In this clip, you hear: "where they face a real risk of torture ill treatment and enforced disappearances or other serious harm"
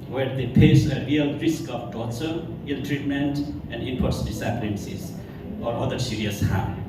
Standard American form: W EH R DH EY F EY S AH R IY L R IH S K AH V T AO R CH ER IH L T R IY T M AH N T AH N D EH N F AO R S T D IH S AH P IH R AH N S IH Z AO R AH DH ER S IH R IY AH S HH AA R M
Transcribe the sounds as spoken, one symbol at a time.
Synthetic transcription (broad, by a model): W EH R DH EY P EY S AH R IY L R IH S K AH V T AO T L IH L T R IY T M AH N T AH N D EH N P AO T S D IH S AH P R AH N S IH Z AO R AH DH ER S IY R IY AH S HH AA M